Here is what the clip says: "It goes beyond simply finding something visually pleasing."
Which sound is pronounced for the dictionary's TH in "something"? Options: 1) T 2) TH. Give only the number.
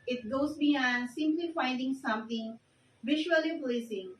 1